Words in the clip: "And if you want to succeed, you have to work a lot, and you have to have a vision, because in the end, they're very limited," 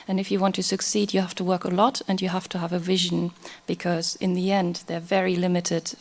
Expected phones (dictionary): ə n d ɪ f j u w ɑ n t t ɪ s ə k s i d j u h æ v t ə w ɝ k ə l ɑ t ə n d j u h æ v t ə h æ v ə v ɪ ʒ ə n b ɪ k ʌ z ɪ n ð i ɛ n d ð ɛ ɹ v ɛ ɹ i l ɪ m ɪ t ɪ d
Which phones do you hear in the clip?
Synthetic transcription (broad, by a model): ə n ɪ f j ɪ w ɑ n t t ɪ s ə k s i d j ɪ h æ f t ə w ɝ k ə l ɑ t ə n j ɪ h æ f t ə v ə v ɪ ʒ ə n b ɪ k ʌ z ɪ n ð i ɛ n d ð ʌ ɹ v ɛ ɹ i l ɪ m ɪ t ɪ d